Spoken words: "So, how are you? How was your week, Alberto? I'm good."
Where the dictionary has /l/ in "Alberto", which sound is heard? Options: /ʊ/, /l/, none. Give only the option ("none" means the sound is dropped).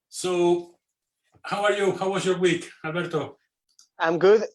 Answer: none